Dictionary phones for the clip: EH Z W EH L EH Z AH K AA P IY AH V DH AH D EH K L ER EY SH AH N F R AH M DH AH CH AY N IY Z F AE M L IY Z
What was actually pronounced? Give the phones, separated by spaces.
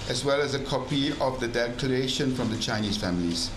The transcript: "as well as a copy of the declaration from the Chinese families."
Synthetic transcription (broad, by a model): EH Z W EH L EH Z AH K AA P IY AH V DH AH D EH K ER EY SH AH N F R AH M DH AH CH AY N IY Z F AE M L IY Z